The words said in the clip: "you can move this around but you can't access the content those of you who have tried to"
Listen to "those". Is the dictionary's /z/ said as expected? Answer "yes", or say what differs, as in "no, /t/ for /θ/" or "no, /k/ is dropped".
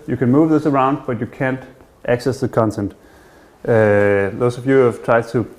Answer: no, /s/ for /z/